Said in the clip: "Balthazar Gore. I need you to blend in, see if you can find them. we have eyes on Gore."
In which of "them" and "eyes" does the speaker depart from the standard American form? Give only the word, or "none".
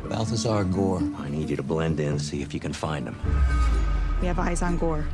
none